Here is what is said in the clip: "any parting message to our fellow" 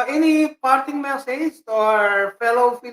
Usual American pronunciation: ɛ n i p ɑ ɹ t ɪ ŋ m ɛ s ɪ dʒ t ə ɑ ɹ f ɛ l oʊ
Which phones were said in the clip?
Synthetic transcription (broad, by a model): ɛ n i p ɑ ɹ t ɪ ŋ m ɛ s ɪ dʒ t ɑ ɹ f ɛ l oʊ